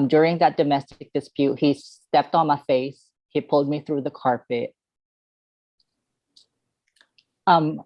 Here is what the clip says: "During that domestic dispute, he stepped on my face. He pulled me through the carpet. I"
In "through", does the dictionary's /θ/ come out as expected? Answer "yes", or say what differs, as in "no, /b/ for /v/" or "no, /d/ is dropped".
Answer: yes